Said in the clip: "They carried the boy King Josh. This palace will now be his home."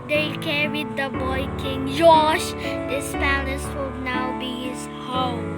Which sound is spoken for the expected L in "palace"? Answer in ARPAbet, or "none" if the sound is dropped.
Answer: N